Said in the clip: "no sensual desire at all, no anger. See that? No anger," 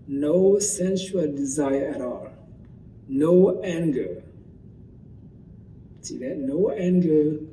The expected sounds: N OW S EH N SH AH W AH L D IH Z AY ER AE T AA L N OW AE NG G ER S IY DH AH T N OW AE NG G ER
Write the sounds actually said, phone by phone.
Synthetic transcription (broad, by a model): N OW S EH N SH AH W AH L D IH Z AY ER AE T AA L N OW AE NG G ER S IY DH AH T N OW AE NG G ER